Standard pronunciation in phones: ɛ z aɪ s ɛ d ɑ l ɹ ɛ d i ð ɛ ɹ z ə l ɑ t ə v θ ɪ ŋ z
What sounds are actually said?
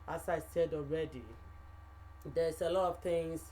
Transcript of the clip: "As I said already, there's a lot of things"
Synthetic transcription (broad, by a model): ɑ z aɪ s ɛ d ɑ l ɹ ɛ d i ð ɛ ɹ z ə l ɑ t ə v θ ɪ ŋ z